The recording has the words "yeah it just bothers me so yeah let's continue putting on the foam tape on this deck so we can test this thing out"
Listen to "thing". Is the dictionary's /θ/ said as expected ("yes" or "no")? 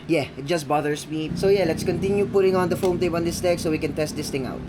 no